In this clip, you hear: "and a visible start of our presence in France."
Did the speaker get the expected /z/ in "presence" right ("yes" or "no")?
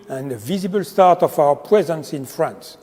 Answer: yes